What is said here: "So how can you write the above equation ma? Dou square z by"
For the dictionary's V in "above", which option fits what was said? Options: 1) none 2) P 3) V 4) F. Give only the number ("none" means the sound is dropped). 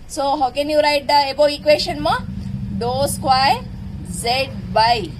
1